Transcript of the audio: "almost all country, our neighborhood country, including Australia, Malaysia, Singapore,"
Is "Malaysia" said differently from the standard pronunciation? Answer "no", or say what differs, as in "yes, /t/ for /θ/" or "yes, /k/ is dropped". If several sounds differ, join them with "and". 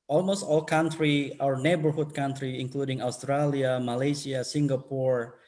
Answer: yes, /s/ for /ʒ/